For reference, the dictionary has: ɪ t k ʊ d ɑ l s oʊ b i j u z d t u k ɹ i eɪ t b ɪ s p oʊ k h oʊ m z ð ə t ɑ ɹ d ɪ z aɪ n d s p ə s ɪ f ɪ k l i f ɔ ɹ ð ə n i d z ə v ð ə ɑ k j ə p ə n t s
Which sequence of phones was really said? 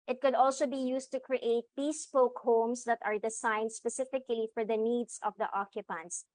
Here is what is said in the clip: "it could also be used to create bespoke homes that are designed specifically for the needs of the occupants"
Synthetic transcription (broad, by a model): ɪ t k ʊ d ɑ l s oʊ b i j u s t u k ɹ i eɪ t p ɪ s p oʊ k h oʊ m s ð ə t ɑ ɹ d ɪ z aɪ n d s p ə s ɪ f ɪ k l i f ɔ ɹ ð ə n i d s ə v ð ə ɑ k j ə p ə n t s